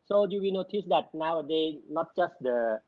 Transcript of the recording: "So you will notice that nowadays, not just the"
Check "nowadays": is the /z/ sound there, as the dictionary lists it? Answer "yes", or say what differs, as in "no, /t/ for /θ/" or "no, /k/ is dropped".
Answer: no, /z/ is dropped